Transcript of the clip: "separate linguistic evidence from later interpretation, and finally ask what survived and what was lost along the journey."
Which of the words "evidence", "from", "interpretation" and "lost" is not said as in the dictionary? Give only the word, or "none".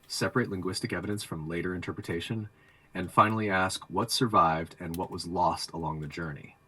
none